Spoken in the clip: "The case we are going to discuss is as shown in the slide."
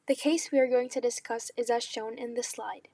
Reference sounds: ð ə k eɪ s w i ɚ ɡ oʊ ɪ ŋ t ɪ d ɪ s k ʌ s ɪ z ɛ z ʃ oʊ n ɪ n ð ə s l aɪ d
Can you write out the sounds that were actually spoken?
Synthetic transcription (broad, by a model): ð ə k eɪ s w i ɚ ɡ oʊ ɪ ŋ t ɪ d ɪ s k ʌ s ɪ z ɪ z ʃ oʊ n ɪ n ð ə s l aɪ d